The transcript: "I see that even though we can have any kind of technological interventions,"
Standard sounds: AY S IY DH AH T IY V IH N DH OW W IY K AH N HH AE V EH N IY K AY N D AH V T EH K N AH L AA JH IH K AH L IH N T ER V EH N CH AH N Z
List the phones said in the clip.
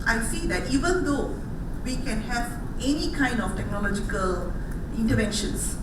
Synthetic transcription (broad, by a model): AY S IY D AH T IY V IH N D OW W IY K AH N HH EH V EH N IY K AY N D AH F T EH K N AH L AA JH IH K AH L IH N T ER V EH N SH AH N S